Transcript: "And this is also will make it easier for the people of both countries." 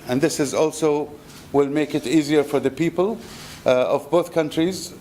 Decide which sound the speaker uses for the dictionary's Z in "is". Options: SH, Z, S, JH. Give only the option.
Z